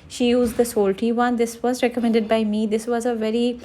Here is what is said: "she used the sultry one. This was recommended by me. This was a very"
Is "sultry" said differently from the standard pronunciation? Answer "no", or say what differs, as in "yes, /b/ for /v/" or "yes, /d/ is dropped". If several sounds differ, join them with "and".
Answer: yes, /ɹ/ is dropped